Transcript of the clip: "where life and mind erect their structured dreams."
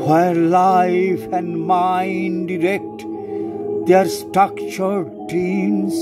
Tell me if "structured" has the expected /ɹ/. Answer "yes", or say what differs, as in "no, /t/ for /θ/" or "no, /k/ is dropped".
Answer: yes